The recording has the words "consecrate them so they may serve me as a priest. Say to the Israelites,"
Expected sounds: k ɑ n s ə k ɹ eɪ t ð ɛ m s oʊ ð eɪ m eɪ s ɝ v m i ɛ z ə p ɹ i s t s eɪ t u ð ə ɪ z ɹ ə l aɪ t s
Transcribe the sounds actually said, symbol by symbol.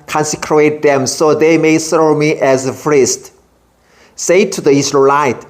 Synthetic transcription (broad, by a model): k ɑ n s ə k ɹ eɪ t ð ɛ m s oʊ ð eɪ m eɪ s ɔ m i ɛ z ə f ɹ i s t s eɪ t u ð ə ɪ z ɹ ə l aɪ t